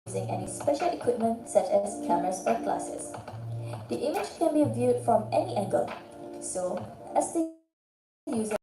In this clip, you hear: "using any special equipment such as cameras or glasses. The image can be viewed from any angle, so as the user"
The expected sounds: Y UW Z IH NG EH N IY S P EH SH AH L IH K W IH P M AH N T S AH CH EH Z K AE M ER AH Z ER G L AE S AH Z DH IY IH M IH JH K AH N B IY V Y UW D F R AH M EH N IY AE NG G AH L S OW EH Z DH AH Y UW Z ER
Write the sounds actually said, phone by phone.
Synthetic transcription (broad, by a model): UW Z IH NG EH N IY S P EH SH AH L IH K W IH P M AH N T S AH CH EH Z K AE M ER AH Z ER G L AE S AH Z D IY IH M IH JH K AH N B IY V Y UW D F R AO M EH N IY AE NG G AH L S OW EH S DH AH Y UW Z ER